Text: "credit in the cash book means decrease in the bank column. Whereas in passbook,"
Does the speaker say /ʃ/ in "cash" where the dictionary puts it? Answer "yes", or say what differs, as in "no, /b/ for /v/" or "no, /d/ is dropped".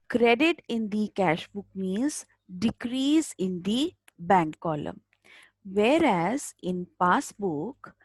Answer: yes